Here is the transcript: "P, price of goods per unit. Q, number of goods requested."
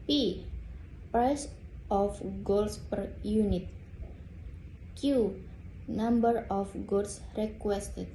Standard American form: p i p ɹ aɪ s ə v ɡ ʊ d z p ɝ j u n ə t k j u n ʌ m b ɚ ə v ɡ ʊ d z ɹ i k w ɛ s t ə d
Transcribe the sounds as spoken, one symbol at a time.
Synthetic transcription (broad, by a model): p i p ɹ aɪ s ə f ɡ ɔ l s p ɝ j u n ə t k j u n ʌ m b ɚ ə f ɡ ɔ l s ɹ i k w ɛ s t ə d